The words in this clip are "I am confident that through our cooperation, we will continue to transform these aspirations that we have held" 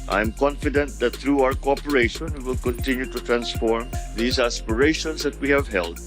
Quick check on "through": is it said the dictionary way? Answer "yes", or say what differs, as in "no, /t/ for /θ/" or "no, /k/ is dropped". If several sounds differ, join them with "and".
no, /t/ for /θ/